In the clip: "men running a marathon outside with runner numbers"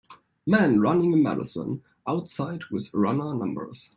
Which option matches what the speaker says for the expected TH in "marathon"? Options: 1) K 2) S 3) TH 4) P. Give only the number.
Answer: 2